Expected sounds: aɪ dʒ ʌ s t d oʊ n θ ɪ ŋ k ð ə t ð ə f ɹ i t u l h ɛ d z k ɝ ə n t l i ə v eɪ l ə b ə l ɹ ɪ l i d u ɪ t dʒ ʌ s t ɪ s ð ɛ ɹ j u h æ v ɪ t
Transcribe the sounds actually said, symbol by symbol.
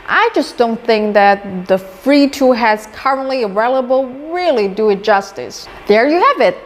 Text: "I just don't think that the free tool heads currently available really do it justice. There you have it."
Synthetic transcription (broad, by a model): aɪ dʒ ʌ s d oʊ n θ ɪ ŋ k ð ə t ð ə f ɹ i t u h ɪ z k ɝ ə n t l i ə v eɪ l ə b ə l ɹ ɪ l i d u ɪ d dʒ ʌ s t ɪ s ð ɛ ɹ j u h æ v ɪ t